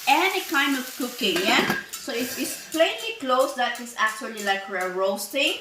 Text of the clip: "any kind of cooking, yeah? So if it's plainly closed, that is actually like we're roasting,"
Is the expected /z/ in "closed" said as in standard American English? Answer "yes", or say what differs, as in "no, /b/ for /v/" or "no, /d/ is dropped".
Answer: no, /s/ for /z/